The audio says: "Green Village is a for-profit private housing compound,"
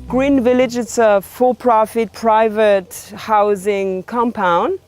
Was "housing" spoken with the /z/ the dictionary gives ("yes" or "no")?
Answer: yes